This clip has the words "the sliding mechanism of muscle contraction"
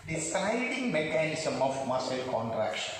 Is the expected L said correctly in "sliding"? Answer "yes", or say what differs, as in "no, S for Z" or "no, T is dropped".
no, L is dropped